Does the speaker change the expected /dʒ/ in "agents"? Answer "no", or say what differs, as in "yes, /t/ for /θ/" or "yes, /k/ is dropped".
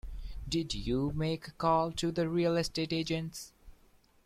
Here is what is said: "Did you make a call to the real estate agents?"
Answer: no